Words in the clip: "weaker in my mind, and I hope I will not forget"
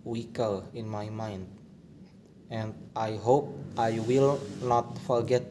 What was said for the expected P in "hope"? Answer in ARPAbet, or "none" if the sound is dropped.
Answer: P